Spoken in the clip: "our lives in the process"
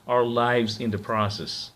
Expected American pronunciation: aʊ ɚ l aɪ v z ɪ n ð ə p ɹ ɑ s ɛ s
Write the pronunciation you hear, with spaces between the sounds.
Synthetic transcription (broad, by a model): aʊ ɚ l aɪ v z ɪ n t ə p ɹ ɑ s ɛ s